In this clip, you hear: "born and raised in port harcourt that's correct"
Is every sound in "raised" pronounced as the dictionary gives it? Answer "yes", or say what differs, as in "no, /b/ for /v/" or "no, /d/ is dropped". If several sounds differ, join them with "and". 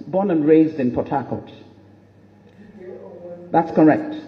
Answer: yes